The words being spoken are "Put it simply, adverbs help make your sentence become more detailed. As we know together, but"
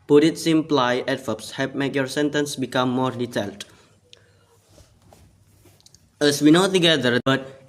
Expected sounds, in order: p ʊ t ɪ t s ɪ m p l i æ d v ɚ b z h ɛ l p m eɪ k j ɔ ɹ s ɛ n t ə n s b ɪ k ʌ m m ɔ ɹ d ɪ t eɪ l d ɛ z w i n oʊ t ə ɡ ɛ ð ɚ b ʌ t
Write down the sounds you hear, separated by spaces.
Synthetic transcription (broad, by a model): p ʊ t ɪ t s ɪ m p l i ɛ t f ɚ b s h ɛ p m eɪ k j ɔ ɹ s ɛ n t ə n s b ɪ k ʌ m m ɔ ɹ d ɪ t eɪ l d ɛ s w i n oʊ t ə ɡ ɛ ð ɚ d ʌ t